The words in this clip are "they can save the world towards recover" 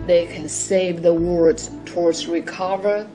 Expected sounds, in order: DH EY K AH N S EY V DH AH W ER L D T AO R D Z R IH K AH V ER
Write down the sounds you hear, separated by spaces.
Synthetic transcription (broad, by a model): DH EY K AH N S EY V DH AH W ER D T AO R D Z R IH K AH V ER